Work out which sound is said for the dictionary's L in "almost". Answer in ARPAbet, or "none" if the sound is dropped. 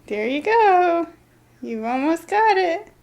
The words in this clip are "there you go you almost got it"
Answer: L